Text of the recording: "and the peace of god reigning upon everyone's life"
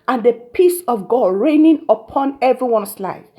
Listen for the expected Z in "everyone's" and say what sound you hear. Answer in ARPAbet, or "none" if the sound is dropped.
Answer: S